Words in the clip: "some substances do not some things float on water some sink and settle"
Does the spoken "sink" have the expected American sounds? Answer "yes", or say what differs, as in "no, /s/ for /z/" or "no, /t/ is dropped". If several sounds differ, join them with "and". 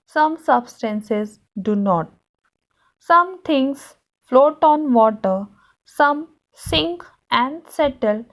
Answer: yes